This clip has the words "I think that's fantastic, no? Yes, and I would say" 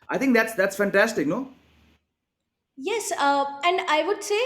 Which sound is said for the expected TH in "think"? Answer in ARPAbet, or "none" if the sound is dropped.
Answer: T